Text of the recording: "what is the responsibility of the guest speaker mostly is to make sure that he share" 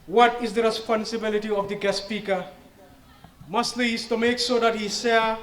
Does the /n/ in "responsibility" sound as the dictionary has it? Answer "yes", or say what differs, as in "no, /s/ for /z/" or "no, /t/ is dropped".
yes